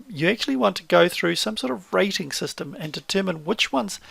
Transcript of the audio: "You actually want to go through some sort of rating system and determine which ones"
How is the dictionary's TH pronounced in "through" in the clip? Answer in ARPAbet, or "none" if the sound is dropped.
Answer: TH